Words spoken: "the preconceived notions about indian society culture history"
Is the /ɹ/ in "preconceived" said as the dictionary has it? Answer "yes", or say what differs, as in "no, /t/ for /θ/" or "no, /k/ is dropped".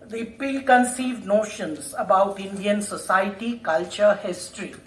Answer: no, /ɹ/ is dropped